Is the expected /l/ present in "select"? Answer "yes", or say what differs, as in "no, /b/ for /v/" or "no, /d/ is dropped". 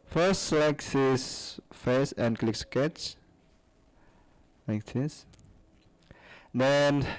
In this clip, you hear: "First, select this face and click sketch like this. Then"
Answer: no, /l/ is dropped